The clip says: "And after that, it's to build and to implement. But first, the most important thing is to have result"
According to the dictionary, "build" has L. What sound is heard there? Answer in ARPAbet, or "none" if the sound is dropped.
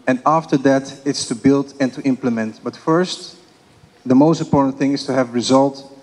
L